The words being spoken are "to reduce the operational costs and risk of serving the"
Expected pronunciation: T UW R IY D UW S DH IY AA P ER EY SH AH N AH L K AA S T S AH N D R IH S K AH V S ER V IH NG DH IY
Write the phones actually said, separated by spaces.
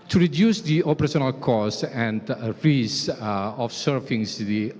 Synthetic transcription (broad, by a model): T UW R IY D UW S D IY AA P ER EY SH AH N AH L K AA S S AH N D R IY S AH F S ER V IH NG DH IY